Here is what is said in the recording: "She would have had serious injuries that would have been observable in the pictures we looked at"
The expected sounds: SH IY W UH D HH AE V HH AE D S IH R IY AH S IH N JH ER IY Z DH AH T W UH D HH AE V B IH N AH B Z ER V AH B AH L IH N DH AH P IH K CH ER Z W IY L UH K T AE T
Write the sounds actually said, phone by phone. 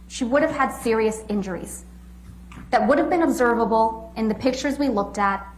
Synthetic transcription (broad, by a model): SH IY W UH D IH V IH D S IH R IY AH S IH N JH ER IY Z DH AH T W UH D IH V B IH N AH B Z ER V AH B L IH N DH AH P IH K CH ER Z W IY L UH K T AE T